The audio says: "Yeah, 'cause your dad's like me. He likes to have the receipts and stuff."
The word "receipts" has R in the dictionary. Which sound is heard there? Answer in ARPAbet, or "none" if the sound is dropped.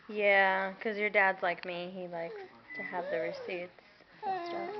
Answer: R